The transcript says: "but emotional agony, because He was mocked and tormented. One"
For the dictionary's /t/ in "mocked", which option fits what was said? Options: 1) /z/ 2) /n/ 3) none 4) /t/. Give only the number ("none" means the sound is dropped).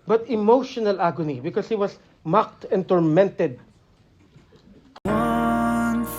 4